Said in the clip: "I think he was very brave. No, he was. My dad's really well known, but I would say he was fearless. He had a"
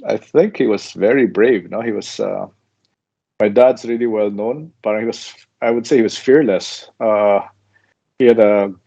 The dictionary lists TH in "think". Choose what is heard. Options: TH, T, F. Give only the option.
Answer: TH